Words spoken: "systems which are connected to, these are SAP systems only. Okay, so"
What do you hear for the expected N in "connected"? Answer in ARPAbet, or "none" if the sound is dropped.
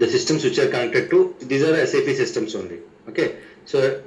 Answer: none